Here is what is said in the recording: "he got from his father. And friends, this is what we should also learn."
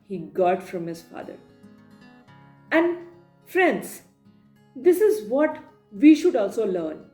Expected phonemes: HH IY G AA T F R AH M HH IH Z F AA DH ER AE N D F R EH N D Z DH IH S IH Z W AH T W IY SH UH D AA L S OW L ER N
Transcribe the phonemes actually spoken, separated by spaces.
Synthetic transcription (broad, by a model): HH IY G AA T F R AH M HH IH Z F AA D ER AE N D F R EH N D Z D IH S IH Z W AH T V IY SH UH D AA L S OW L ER N